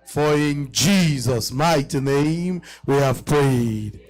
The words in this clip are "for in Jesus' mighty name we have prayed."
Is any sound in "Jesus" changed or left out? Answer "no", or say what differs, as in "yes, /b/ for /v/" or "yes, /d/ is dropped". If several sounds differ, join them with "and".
no